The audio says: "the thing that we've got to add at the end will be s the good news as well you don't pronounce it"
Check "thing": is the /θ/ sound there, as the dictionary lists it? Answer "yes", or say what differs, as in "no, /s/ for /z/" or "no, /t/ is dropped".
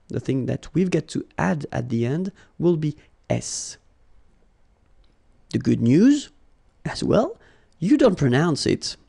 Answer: yes